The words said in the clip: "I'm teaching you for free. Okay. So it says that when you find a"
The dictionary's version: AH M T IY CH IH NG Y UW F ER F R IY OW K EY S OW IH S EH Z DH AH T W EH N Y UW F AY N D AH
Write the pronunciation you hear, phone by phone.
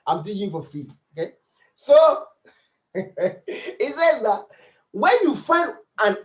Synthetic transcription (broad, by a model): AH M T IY IH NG Y UW F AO F R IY OW K EY S OW IH S EH Z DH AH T W EH N Y UW F AY N D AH